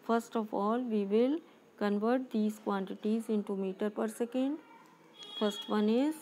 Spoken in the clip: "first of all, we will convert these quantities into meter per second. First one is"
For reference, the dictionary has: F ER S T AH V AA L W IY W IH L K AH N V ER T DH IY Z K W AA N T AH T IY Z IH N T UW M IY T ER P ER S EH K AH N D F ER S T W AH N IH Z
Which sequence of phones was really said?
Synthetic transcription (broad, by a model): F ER S T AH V AA L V IY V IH L K AH N V ER T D IY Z K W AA N T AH T IY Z IH N T UW M IY T ER P ER S EH K AH N D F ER S T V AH N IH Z